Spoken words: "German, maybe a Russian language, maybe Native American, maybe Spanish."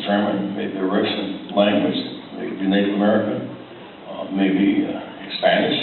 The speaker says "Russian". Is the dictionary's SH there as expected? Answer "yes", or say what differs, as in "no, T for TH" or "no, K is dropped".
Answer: no, S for SH